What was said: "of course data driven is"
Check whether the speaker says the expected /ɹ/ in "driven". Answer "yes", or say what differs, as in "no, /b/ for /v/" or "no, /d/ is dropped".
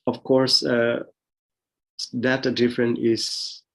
no, /ɹ/ is dropped